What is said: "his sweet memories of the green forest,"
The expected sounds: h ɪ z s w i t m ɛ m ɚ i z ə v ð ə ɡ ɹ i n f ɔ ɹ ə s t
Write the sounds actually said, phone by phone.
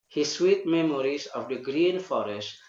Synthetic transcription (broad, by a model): h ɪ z s w i t m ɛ m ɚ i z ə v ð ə ɡ ɹ i n f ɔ ɹ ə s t